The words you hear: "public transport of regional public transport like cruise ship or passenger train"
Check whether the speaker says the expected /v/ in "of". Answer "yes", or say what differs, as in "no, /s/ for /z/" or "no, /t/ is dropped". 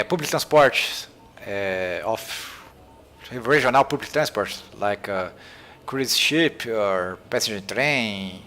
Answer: no, /f/ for /v/